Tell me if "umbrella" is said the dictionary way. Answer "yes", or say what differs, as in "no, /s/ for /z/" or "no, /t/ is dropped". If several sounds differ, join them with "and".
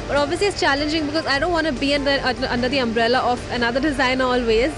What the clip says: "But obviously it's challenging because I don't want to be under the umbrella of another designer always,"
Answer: yes